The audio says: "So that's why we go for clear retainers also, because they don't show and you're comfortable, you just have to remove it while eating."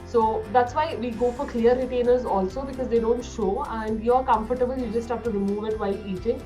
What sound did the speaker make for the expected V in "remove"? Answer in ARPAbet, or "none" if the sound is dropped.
V